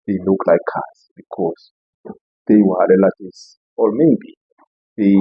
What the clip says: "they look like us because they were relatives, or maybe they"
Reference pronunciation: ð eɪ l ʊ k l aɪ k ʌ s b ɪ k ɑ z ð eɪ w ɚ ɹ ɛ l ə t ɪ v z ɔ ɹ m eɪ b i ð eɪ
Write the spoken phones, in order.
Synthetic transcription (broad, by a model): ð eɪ l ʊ k l aɪ k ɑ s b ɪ k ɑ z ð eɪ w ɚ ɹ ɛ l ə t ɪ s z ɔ l m eɪ b i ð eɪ